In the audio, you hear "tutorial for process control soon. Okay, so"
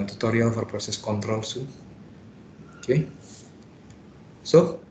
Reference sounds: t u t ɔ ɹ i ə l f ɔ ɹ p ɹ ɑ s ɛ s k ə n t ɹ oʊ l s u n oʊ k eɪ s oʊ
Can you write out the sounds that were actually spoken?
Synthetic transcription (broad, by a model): t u t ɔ ɹ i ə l f ɔ ɹ p ɹ ɑ s ɛ s k ə n t ɹ oʊ l s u oʊ k eɪ s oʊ